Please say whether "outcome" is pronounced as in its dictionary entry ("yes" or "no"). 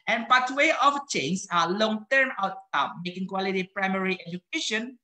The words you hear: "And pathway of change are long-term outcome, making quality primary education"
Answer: no